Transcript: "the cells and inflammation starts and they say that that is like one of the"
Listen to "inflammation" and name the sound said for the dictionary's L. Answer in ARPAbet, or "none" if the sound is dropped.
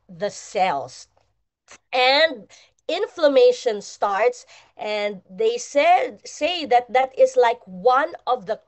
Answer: L